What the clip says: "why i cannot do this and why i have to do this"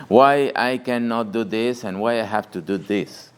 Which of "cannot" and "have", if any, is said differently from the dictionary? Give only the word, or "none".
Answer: have